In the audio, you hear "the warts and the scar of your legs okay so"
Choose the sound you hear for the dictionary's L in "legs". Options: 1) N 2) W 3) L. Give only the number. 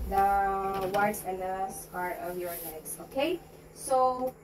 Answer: 1